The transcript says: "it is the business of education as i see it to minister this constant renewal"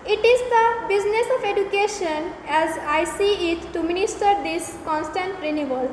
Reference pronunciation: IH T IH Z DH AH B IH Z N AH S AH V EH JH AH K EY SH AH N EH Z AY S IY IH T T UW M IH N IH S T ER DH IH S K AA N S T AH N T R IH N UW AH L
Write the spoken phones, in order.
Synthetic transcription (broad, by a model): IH T IH Z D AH B IH Z N AH S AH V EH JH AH K EY SH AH N EH Z AY S IY IH T T UW M IH N IH S T ER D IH S K AA N S T AH N T R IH N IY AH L